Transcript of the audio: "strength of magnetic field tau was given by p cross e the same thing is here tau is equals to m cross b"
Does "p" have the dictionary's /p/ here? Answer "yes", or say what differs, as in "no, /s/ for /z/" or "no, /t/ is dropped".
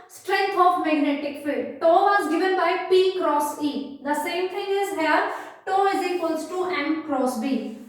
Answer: yes